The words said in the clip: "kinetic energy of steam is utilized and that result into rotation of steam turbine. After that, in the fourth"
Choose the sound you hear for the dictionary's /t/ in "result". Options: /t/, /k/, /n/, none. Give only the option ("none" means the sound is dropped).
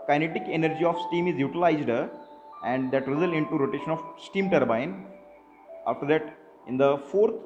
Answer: none